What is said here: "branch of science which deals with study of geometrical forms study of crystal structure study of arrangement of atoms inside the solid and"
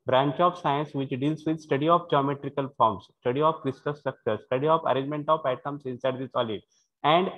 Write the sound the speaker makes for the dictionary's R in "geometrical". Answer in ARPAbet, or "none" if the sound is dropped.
R